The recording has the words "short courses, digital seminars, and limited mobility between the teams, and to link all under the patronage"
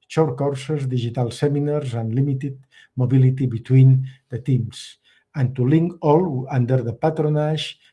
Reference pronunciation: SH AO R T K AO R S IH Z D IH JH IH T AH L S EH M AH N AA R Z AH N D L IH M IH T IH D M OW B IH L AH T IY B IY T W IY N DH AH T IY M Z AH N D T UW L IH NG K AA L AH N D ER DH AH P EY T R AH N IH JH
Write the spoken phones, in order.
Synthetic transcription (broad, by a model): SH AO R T K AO R S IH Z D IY ZH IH T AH L S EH M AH N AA R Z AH N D L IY M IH T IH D M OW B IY L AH T IY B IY T W IY N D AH T IY M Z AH N T UW L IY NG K AA L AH N D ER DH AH P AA T R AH N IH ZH